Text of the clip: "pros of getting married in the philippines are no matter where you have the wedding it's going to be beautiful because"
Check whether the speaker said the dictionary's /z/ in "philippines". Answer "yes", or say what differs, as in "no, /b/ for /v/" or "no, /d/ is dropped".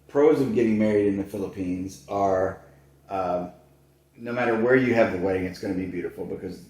yes